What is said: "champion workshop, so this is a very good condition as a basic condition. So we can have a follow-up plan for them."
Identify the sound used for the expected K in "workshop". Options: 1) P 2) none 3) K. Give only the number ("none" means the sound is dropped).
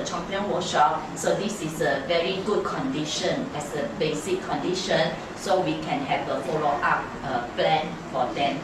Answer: 2